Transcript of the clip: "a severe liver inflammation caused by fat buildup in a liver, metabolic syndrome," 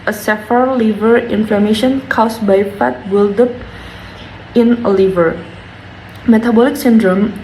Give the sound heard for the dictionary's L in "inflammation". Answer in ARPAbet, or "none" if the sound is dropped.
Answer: L